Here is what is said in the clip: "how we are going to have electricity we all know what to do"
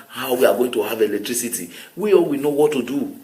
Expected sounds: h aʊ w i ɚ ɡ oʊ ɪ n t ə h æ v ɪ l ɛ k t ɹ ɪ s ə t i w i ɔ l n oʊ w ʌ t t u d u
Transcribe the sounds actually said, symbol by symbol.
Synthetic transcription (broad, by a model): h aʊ w i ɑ ɡ oʊ ɪ n t ə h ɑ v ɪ l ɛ k t ɹ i s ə t i w i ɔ w n oʊ w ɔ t t u d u